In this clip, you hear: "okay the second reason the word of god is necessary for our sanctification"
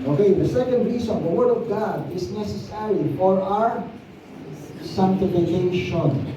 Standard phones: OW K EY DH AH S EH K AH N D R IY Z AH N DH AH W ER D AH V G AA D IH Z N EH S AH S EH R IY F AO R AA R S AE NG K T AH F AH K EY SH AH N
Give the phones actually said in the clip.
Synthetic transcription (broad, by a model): OW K EY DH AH S EH K AH N D R IY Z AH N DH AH W ER D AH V G AA D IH S N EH S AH S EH R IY F AO R AA R S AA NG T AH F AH K EY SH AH N